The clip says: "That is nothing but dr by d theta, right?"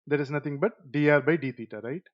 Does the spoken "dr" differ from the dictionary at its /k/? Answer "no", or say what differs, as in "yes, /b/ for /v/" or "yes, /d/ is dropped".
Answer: yes, /k/ is dropped